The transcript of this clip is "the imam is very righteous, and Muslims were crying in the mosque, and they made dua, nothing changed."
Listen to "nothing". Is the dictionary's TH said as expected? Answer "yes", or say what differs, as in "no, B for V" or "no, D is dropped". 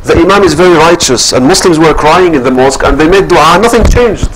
yes